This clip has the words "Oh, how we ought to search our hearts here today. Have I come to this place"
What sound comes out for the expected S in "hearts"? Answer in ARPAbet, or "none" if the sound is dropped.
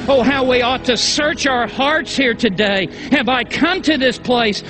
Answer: S